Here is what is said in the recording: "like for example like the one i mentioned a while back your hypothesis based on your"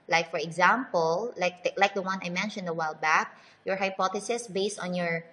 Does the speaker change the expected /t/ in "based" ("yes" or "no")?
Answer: no